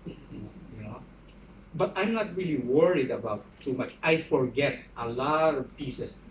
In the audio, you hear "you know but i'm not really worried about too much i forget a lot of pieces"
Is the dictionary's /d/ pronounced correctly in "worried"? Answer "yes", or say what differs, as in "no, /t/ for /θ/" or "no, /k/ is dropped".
yes